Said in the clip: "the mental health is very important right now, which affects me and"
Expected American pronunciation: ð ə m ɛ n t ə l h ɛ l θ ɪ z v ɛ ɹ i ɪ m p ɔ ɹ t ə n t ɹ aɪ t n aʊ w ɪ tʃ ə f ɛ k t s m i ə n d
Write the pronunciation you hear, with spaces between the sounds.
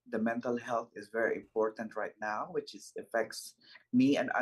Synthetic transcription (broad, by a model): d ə m ɛ n t ə l h ɛ l t ɪ z v ɛ ɹ i ɪ m p ɔ ɹ t ə n t ɹ aɪ t n aʊ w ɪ tʃ ə f ɛ k t s m i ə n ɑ